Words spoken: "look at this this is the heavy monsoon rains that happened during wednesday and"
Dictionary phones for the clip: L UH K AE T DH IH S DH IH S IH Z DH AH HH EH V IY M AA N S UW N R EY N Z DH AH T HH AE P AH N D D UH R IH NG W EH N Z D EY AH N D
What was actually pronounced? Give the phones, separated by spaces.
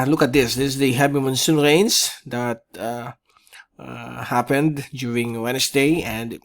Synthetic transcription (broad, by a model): L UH K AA T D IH S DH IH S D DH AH HH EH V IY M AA N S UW N R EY N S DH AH T HH AE P AH N D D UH R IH NG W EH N S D EY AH N D